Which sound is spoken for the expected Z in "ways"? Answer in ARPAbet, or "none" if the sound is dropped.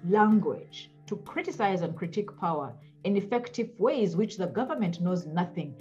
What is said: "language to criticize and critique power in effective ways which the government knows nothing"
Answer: Z